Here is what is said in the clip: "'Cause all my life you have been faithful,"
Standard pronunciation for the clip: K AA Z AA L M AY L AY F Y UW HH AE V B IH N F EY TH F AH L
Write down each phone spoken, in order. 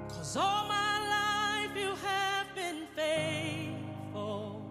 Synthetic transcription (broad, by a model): K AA Z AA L M AY L AY F Y UW HH AE V B IH N F EY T F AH L